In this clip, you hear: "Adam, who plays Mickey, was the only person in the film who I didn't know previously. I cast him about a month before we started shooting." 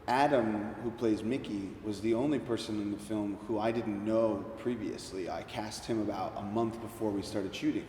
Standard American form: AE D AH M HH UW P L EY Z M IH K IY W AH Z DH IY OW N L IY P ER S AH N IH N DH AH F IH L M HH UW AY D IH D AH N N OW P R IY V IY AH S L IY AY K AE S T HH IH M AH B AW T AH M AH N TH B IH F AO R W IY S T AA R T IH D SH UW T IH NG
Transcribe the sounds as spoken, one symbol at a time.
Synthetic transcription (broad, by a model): AE D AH M HH UW P L EY Z M IH K IY W AH Z DH IY OW N L IY P ER S AH N IH N DH AH F IH L M HH UW AY D IH D N N OW P R IY V IY AH S L IY AY K AE S T HH IH M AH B AW T AH M AH N TH B IH F AO R W IY S T AA R T IH D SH UW T IH NG